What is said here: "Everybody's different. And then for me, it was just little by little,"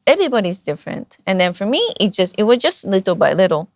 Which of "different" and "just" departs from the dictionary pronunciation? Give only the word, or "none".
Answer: none